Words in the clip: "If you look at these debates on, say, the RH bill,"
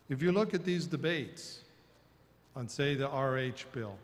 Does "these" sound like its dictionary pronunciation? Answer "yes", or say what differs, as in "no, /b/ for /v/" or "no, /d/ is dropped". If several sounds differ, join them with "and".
yes